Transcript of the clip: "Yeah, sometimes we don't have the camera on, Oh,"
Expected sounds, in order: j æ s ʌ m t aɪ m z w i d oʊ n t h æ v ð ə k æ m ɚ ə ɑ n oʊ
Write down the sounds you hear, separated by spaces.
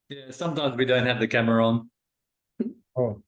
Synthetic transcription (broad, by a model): j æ s ʌ m t aɪ m z w i d oʊ n t h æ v ð ə k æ m ɚ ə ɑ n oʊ